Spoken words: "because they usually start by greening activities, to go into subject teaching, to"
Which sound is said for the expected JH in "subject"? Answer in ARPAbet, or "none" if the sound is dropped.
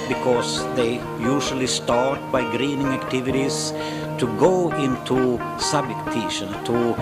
none